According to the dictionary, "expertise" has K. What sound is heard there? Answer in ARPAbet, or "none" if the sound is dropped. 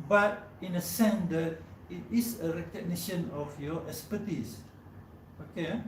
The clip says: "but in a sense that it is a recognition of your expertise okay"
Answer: none